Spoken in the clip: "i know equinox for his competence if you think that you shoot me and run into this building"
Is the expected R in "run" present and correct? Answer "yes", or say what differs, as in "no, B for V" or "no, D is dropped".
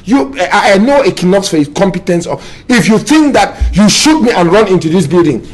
yes